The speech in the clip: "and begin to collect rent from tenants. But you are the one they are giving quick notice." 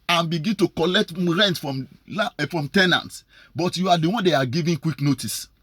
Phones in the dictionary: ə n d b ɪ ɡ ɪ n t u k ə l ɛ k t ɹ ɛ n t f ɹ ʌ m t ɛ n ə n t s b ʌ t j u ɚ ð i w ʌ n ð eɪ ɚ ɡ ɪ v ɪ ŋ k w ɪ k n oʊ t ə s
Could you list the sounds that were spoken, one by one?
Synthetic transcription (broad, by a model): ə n b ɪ ɡ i n t u k ə l ɛ k t ɹ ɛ n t f ɹ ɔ m t ɛ n ə n t s b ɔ t j u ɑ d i w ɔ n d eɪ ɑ ɡ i v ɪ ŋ k w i k n oʊ t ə s